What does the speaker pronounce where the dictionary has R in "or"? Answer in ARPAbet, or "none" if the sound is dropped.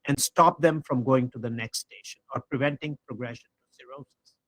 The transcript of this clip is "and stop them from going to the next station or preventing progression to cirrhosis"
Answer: R